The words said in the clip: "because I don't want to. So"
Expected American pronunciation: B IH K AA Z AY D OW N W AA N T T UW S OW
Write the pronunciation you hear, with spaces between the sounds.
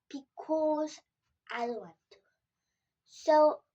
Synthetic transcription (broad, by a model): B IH K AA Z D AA L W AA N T T UW S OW